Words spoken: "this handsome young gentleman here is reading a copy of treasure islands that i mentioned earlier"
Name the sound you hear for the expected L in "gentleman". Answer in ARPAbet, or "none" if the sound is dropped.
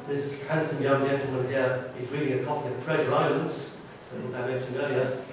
none